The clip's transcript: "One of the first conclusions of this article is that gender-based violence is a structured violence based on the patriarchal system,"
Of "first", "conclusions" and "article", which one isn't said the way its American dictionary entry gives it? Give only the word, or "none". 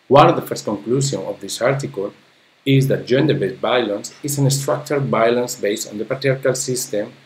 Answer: conclusions